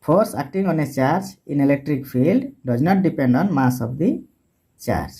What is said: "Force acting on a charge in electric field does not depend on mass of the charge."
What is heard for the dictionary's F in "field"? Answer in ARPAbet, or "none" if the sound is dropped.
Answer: P